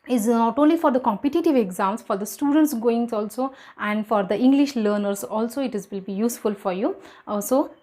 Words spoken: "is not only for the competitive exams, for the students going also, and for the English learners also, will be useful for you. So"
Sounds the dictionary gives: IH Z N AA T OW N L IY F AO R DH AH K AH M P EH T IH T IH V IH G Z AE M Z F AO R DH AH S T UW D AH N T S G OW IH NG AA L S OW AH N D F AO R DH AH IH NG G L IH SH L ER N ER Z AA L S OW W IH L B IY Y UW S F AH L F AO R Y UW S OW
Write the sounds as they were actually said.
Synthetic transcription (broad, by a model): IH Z N AA T OW N L IY F AO R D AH K AH M P EH T IH T IH V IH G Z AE M S F AO R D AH S T UW D AH N T S G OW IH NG AA L S OW AH N D F AO R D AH IH NG G L IH SH L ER N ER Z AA L S OW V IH L B IY Y UW S F AH L F AO R Y UW S OW